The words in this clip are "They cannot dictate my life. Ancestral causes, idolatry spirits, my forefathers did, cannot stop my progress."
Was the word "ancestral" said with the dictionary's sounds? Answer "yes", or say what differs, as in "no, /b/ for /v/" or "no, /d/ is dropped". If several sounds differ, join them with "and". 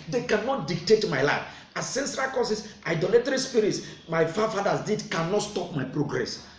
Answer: no, /n/ is dropped